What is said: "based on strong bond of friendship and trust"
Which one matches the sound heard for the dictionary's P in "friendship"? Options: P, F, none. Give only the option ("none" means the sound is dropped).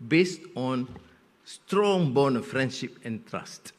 P